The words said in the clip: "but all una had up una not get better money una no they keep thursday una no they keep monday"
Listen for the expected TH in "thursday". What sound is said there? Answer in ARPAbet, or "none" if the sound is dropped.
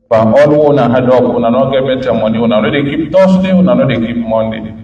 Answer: T